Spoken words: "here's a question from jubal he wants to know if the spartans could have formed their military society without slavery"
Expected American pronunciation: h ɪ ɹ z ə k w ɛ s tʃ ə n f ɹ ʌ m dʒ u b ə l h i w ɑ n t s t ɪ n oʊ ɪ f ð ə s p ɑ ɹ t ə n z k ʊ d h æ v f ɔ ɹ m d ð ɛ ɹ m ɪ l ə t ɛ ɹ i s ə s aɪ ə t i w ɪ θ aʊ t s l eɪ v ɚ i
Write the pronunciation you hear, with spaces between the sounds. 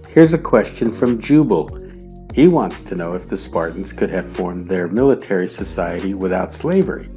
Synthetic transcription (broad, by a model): h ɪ ɹ z ə k w ɛ s tʃ ə n f ɹ ʌ m dʒ u b l h i w ɑ n t s t ɪ n oʊ ɪ f ð ə s p ɑ ɹ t n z k ʊ d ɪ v f ɔ ɹ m ð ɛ ɹ m ɪ l ə t ɛ ɹ i s ə s aɪ ə t i w ɪ θ aʊ t s l eɪ v ɚ i